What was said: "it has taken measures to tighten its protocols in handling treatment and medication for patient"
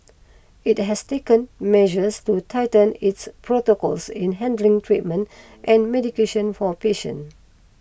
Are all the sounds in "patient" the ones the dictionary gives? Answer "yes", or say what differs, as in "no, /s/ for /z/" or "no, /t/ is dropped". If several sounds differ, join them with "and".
no, /t/ is dropped